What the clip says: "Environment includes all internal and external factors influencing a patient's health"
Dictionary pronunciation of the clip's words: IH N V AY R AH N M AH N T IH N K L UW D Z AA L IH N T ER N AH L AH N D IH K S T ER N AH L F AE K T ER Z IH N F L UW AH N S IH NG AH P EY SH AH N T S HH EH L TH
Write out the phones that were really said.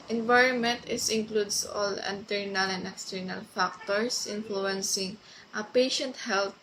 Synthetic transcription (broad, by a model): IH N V AY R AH N M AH N T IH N K L UW D S AA L IH N T ER N AH L AH N D IH K S T ER N AH L F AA K T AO S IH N F L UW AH N S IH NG AH P EY SH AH N T HH EH L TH